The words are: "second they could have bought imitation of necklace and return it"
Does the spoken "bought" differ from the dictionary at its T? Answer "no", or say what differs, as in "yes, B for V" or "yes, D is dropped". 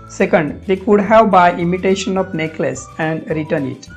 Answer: yes, T is dropped